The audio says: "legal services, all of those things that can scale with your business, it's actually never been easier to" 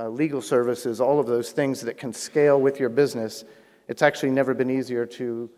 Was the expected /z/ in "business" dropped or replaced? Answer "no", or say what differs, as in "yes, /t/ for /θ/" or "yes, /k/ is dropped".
no